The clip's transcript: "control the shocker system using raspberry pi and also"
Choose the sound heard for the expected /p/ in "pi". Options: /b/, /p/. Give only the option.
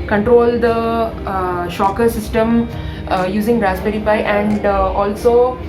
/b/